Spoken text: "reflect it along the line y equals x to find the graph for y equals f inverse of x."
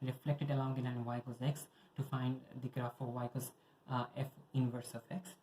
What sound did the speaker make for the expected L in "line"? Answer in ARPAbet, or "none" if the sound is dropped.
N